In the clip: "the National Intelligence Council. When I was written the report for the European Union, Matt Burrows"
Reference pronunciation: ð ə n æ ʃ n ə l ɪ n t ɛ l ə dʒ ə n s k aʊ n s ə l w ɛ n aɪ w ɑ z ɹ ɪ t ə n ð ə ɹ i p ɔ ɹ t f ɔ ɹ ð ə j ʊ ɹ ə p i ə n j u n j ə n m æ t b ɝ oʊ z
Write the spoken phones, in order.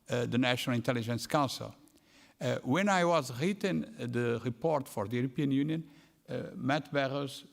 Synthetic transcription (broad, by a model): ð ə n æ ʃ n ə l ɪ n t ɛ l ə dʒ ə n s k aʊ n s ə l w ɛ n aɪ w ɑ z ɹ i t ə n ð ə ɹ i p ɔ ɹ t f ɔ ɹ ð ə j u ɹ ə p i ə n j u n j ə n m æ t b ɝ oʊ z